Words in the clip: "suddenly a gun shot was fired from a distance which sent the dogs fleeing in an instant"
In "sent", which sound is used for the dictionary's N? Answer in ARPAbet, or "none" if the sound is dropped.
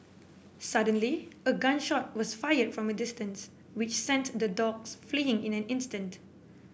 N